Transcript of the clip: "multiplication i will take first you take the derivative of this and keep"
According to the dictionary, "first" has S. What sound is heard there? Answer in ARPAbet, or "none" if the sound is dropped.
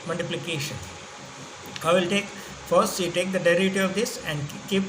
S